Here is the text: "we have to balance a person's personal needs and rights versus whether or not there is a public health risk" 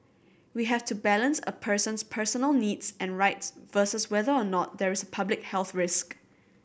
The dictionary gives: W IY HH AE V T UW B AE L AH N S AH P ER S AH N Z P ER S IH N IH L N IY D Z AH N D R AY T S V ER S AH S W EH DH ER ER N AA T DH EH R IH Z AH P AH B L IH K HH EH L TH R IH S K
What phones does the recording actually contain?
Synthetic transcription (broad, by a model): W IY HH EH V T UW B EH L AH N S AH P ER S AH N S P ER S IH N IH L N IY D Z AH N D R AY T S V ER S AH S W EH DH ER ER N AA T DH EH R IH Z AH P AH B L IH K HH EH L TH R IH S K